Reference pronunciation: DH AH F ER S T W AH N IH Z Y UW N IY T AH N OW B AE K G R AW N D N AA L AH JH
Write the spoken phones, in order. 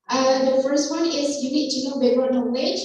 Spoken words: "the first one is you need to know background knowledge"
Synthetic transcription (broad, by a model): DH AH F ER S T W AH N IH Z Y UW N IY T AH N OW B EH G AW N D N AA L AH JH